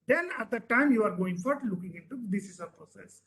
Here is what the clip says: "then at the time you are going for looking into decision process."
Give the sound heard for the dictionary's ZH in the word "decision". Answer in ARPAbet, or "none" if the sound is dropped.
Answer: S